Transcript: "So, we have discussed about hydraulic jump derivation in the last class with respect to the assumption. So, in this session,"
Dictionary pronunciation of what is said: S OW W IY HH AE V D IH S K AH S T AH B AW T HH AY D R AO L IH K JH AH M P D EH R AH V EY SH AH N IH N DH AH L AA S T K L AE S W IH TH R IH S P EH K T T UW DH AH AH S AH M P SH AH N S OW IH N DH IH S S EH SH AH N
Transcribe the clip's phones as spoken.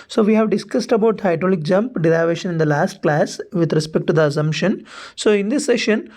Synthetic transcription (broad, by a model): S OW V IY HH AE V D IH S K AH S T AH B AW T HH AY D R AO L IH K JH AH M P D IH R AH V EY SH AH N IH N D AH L AA S T K L AE S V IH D R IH S P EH K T T UW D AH AH S AH M P SH AH N S OW IH N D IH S S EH SH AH N